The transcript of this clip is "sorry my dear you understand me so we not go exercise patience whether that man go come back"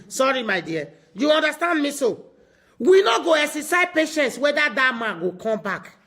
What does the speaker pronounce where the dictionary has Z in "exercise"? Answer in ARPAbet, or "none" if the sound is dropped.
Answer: none